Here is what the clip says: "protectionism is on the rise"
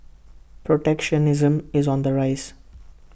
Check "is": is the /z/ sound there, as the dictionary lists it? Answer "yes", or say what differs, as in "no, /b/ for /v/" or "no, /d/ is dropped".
yes